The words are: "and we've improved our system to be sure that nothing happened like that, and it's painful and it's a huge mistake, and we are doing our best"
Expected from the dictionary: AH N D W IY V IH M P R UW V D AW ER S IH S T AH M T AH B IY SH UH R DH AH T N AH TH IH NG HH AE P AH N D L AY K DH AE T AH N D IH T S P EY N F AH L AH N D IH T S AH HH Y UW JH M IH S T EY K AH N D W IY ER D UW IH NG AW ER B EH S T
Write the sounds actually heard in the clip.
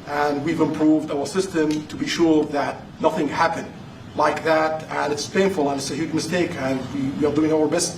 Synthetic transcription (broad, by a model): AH N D W IY V IH M P R UW V D AW ER S IH S T AH M T AH B IY SH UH R DH AH T N AH TH IH NG HH AE P AH N D L AY K DH AE T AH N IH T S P EY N F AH L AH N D IH T S AH HH Y UW JH M IH S T EY K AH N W W IY ER D UW IH NG AW ER B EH S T